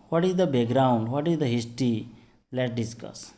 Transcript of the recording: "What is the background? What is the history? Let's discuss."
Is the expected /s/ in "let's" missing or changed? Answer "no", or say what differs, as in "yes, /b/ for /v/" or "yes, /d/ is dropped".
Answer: yes, /s/ is dropped